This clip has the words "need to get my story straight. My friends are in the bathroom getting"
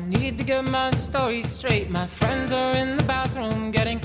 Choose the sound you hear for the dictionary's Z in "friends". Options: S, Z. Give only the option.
Z